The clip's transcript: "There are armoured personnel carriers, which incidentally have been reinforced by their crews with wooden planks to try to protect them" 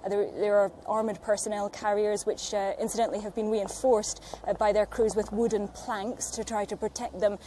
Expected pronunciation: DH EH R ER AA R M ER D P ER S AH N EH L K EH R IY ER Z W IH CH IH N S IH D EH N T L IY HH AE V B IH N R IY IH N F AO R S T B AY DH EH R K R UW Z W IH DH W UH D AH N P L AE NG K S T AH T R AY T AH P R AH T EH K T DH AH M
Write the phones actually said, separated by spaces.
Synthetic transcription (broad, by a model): DH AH R ER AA R M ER D P ER S AH N EH L K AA R IY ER Z W IH CH IH N S IH D EH N T L IY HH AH V B IH N R IY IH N F AO R S B AY DH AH R K R UW Z W IH DH W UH D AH N P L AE NG K S T AH T R AY T AH P R AH T EH K T DH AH M